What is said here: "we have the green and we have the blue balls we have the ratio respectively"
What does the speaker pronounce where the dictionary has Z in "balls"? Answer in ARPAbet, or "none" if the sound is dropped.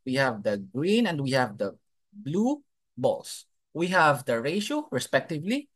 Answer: S